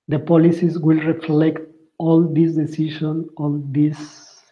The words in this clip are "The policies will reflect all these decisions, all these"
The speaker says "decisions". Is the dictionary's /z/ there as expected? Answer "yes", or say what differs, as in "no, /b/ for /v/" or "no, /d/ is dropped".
no, /z/ is dropped